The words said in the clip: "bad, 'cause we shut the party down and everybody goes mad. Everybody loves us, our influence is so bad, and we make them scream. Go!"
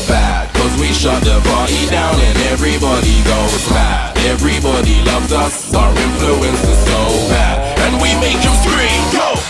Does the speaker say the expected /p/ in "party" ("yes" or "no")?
no